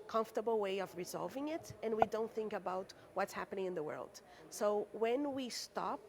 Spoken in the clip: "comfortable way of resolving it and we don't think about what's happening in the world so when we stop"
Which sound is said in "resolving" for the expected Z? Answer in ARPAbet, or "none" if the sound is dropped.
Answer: Z